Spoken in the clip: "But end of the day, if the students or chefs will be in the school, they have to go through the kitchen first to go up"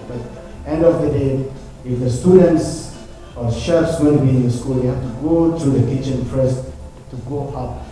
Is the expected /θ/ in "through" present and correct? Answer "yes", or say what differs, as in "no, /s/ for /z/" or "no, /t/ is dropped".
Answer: no, /t/ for /θ/